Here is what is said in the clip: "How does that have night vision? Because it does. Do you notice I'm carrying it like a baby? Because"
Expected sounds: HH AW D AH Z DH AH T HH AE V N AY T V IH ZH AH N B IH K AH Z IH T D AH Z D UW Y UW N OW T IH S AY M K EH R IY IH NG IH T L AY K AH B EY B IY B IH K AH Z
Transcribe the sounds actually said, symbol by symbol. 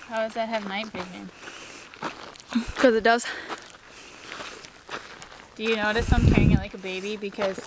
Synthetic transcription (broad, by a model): HH AW D AH Z DH AH T HH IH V N AY T B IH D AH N K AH Z IH T D AH Z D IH Y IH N OW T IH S AY M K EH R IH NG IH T L AY K AH B EY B IY B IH K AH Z